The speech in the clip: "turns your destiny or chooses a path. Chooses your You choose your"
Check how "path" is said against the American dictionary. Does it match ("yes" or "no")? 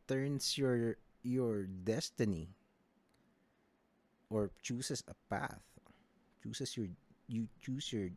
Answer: yes